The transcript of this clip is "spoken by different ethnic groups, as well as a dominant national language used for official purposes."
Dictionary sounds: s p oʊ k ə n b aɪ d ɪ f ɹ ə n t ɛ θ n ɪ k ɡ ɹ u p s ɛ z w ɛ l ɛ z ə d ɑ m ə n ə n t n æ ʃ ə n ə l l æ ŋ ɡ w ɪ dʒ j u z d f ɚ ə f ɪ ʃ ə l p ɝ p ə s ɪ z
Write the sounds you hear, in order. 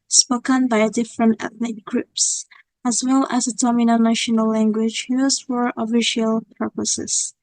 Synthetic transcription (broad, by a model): s p oʊ k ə n b aɪ d ɪ f ɹ ə n t ɛ θ n ɪ k ɡ ɹ u p s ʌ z w ɛ l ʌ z ə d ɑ m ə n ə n n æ ʃ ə n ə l l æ ŋ ɡ w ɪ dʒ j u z f ɚ ə f ɪ ʃ ə l p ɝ p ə s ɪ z